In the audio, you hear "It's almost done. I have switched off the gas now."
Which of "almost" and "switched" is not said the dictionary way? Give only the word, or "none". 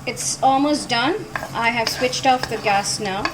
none